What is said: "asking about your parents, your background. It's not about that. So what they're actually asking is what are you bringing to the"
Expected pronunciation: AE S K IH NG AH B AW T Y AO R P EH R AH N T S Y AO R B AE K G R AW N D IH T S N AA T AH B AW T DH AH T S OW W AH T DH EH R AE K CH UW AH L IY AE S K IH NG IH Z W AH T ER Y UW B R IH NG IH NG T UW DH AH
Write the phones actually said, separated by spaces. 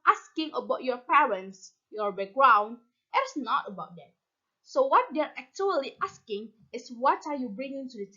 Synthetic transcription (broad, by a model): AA S K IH NG AH B AW T Y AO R P EH R AH N T S Y AO R B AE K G R AW N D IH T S N AA T AH B AW T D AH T S OW W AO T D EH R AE K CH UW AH L IY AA S K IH NG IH S W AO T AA Y UW B R IH NG IH NG T UW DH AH